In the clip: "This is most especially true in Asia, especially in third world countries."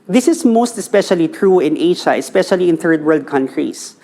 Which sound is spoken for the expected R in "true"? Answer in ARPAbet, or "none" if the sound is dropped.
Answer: R